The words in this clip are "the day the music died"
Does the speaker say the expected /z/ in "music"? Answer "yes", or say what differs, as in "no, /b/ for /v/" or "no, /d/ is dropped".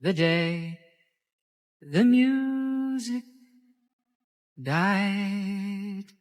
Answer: yes